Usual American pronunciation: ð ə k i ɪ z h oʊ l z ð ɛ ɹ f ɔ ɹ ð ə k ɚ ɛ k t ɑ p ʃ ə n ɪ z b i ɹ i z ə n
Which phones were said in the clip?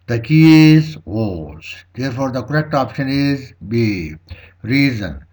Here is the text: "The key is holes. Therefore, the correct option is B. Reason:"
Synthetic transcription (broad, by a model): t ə k i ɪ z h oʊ z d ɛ ɹ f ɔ ɹ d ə k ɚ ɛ k t ɑ p ʃ ə n ɪ z b i ɹ i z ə n